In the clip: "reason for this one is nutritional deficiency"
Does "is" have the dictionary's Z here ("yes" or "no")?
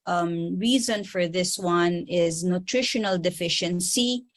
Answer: yes